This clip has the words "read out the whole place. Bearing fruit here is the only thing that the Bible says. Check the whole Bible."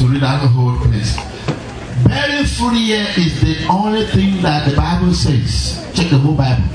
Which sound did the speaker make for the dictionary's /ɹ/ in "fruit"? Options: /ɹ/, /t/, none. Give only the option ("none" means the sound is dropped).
none